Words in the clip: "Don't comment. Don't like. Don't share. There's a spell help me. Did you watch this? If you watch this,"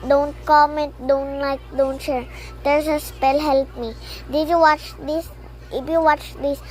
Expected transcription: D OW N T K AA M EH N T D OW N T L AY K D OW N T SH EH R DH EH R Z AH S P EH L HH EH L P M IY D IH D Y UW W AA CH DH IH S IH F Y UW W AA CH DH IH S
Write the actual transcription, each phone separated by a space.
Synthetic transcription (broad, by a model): D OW N T K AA M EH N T D OW N T L AY K D OW N T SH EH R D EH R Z AH S P EH L HH EH L P M IY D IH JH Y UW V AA CH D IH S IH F Y UW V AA CH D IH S